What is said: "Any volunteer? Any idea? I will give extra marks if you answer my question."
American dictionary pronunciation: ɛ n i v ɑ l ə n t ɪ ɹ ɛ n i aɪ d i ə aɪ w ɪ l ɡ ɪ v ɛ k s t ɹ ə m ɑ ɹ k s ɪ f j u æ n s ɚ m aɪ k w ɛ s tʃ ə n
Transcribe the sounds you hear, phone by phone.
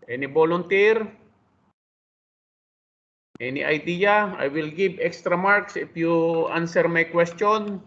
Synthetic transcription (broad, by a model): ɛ n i b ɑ l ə n t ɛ ɹ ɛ n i aɪ d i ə aɪ w ɪ l ɡ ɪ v ɛ k s t ɹ ə m ɑ ɹ k s ɪ f j u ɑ n s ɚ m aɪ k w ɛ s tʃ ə n